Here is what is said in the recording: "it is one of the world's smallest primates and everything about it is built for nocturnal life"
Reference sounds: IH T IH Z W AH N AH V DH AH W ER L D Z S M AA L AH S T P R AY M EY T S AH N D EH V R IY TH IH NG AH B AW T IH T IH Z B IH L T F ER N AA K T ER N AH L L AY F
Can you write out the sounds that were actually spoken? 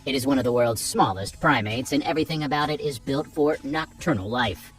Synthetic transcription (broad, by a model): IH T IH Z W AH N AH V DH AH W ER L D Z S M AA L AH S T P R AY M EY T S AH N EH V R IY TH IH NG AH B AW T IH T IH Z B IH L T F ER N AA K T ER N L L AY F